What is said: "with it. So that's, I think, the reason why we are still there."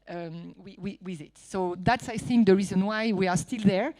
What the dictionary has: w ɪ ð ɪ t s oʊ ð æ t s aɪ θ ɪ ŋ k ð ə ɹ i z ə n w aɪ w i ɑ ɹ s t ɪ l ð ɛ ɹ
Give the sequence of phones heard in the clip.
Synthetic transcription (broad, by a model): w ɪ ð ɪ t s oʊ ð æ t s aɪ θ ɪ ŋ k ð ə ɹ i z ə n w aɪ w i ɑ ɹ s t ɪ l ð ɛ ɹ